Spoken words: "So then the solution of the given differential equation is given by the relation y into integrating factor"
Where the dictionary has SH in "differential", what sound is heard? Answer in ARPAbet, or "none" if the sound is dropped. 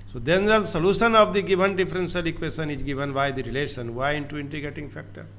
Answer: S